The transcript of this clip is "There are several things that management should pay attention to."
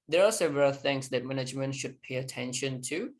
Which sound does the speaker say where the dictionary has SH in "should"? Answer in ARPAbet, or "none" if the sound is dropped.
SH